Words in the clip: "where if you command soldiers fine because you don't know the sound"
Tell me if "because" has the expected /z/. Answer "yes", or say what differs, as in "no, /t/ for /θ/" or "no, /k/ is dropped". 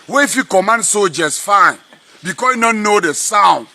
no, /z/ is dropped